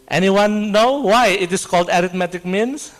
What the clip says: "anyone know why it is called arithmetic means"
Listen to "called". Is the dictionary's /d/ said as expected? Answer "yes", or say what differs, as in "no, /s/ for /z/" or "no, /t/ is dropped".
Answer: yes